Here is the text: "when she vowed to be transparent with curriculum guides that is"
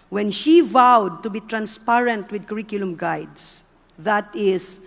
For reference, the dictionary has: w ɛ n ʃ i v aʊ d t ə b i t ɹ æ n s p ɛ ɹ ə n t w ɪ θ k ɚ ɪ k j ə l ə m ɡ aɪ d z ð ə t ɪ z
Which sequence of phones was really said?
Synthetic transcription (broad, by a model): w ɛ n ʃ i v aʊ d t ə b i t ɹ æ n s p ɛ ɹ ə n t w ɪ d k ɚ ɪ k j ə l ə m ɡ aɪ d s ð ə t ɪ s